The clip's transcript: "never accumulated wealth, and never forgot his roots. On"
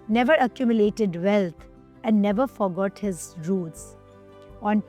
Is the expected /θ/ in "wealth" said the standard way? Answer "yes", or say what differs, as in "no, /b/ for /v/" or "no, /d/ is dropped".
no, /t/ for /θ/